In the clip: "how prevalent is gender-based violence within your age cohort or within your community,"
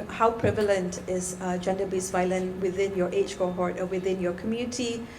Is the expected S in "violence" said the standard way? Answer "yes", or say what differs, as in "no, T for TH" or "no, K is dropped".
no, S is dropped